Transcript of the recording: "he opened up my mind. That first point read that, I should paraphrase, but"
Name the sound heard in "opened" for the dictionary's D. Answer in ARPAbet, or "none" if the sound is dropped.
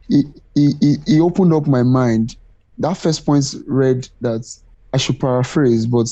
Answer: D